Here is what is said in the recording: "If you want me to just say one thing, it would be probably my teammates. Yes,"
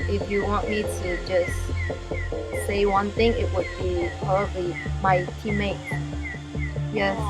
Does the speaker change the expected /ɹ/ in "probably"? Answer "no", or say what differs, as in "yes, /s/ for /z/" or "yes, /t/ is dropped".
yes, /ɹ/ is dropped